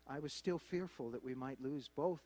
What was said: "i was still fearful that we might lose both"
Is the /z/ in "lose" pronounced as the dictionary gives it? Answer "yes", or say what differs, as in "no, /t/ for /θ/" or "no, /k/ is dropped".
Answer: yes